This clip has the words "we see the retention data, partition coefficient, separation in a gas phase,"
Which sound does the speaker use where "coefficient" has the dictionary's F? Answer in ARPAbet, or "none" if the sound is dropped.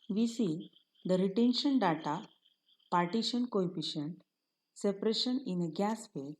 P